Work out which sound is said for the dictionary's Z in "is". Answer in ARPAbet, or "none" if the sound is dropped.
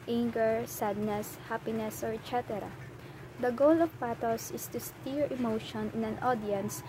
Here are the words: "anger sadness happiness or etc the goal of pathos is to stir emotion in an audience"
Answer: S